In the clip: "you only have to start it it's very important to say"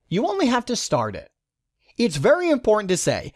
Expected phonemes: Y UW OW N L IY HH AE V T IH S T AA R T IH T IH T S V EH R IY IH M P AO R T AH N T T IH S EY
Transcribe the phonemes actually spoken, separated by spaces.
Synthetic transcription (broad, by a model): Y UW OW N L IY HH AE F T IH S T AA R T IH T IH T S V EH R IY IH M P AO R T N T T IH S EY